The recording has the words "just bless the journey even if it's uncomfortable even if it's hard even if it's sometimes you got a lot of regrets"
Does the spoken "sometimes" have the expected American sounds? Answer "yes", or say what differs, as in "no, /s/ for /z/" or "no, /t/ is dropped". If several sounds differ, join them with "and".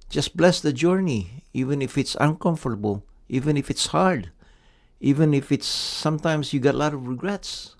no, /s/ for /z/